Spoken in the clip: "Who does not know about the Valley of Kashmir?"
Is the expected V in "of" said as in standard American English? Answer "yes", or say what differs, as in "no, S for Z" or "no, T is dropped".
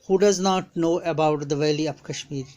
no, P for V